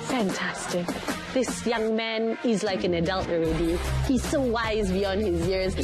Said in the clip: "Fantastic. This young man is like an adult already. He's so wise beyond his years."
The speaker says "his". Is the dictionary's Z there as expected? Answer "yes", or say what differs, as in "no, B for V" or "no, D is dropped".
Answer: yes